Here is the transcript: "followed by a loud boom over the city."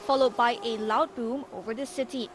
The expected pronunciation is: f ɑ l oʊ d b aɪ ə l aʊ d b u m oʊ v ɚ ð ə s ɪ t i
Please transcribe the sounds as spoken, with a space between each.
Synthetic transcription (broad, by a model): f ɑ l oʊ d b aɪ ə l aʊ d b u m oʊ v ɚ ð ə s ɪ t i